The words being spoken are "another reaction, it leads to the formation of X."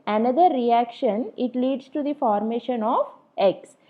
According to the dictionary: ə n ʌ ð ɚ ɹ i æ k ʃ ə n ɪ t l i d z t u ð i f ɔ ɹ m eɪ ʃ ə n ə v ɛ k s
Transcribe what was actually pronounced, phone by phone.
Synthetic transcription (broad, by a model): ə n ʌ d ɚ ɹ i æ k ʃ ə n ɪ t l i d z t u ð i f ɔ ɹ m eɪ ʃ ə n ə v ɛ k s